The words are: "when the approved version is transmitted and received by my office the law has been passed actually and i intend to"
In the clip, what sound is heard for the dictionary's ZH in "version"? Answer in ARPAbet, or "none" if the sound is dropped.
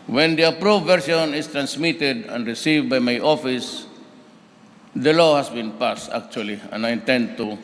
S